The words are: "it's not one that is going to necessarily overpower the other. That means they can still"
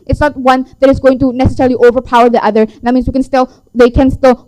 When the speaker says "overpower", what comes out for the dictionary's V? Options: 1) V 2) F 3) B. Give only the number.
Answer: 1